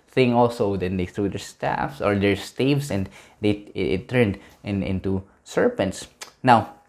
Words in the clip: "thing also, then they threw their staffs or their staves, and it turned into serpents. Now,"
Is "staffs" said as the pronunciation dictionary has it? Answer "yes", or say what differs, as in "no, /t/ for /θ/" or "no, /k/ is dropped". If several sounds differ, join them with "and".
yes